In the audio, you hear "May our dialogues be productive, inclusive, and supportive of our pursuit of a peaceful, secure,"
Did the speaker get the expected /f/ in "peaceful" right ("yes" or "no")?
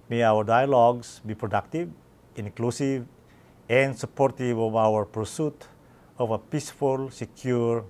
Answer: yes